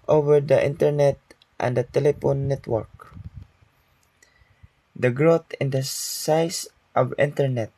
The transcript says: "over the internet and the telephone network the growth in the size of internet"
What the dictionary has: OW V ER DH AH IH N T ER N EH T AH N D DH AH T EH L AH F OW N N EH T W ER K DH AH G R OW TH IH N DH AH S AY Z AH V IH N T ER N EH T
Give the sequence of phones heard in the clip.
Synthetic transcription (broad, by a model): OW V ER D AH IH N T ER N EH T AH N D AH T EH L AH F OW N N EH T W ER K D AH G R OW T IH N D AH S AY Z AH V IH N T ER N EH T